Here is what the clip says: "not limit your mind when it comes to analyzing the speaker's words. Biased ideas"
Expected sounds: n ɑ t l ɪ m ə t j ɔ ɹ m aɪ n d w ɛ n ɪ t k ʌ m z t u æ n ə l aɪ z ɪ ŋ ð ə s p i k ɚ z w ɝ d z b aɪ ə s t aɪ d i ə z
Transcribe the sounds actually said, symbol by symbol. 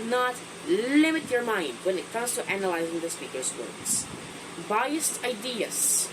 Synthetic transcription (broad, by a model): n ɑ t l ɪ m ə t j ɔ ɹ m aɪ n d w ɛ n ɪ t k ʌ m s t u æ n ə l aɪ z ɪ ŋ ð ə s p i k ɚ s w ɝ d s b aɪ ə s t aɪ d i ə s